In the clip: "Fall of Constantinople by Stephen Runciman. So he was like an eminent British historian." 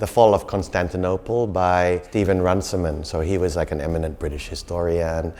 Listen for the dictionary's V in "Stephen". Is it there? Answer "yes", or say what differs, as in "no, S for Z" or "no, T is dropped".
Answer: yes